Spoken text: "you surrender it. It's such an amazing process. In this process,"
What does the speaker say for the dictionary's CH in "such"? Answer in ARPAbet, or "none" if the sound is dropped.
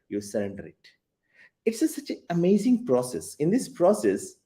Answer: S